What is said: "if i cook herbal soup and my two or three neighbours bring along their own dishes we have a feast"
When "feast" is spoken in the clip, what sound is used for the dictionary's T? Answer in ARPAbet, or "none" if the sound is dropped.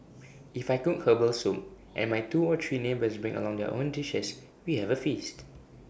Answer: T